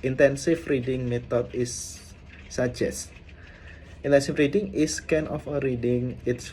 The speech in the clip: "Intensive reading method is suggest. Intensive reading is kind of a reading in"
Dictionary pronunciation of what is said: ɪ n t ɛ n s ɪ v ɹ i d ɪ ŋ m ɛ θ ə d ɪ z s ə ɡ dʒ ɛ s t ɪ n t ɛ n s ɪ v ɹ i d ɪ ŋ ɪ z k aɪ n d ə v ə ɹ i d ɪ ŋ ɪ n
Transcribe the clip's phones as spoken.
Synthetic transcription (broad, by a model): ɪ n t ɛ n s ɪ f ɹ i d ɪ ŋ m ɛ t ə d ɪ s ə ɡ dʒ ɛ s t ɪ n t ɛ n s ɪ f ɹ i d ɪ ŋ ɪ s k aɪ n ə f ə ɹ i d ɪ ŋ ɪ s